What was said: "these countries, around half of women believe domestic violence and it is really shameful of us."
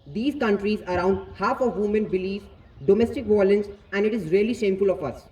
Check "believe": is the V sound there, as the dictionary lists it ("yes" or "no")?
no